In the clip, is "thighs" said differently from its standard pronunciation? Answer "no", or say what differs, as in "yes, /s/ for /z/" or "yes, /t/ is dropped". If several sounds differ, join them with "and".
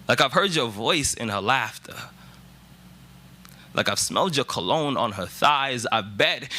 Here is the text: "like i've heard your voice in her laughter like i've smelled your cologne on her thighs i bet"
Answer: no